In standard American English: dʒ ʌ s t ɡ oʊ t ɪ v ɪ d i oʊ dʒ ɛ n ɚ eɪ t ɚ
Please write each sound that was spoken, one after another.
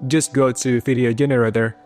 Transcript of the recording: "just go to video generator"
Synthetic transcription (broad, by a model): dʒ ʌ s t ɡ oʊ t ɪ f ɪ d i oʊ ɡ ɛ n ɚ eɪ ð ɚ